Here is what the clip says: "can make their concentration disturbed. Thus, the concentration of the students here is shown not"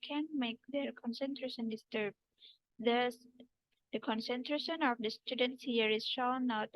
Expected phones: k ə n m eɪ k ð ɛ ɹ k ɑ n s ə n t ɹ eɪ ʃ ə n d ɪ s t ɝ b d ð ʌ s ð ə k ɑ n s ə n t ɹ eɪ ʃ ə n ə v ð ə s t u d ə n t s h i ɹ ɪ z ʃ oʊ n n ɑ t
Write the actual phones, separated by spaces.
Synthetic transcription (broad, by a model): k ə n m eɪ k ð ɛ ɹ k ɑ n s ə n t ɹ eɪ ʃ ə n d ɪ s t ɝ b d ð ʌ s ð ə k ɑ n s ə n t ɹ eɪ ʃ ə n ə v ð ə s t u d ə n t s h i ɹ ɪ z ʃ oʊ l n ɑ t